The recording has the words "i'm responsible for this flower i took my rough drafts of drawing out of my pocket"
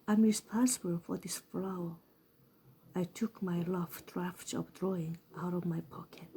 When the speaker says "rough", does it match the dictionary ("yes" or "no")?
no